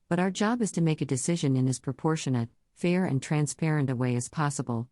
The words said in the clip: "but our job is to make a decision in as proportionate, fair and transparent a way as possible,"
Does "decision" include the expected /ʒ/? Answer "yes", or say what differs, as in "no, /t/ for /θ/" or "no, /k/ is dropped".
yes